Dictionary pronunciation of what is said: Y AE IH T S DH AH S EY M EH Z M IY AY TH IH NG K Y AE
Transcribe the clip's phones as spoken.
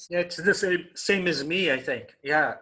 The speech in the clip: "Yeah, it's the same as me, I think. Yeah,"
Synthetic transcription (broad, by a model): Y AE IH T S DH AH S EY M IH Z M IY AY TH IH NG K Y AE